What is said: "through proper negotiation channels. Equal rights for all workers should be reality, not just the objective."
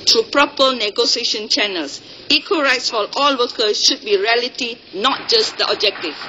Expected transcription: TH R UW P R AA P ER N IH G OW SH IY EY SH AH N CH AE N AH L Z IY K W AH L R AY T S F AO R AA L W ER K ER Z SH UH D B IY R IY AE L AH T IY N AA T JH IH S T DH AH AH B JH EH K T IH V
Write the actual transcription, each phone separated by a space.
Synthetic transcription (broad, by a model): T R UW P R AA P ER N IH G OW S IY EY SH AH N CH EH N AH L S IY K W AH R AY T S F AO L AA L W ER K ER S SH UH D B IY R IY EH L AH T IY N AA T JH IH S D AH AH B JH EH K T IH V